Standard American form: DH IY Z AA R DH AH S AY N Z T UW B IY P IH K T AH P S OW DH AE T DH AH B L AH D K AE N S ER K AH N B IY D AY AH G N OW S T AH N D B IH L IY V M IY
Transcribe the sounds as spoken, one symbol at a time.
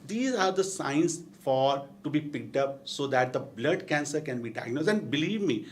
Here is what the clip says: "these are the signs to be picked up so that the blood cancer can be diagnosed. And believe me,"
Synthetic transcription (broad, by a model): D IY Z AA R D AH S AY N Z T UW B IY P IH K T AH P S OW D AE T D AH B L AH D K AE N S ER K AH N B IY D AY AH G N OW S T AH N D B IH L IY V M IY